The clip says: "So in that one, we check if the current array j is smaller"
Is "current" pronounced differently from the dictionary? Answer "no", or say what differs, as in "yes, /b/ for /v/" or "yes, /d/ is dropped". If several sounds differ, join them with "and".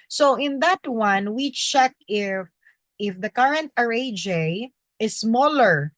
no